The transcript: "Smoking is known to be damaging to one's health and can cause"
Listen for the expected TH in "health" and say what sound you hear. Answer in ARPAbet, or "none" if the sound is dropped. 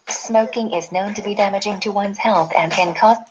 TH